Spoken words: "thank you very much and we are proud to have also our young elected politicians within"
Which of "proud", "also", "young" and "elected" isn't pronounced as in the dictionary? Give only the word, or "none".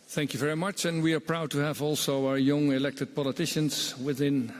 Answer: none